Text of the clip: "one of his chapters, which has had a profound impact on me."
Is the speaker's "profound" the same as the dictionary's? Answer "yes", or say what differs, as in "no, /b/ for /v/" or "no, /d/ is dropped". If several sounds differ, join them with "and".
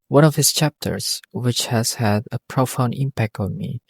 no, /d/ is dropped